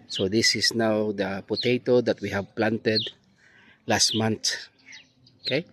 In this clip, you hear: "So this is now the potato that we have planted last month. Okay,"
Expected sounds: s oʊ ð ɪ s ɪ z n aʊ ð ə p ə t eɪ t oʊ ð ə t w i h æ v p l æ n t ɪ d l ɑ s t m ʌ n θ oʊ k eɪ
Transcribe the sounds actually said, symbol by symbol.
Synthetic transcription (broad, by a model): s oʊ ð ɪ s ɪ s n aʊ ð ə p ə t eɪ t oʊ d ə t w i h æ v p l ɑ n t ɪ d l ɑ s t m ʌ n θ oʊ k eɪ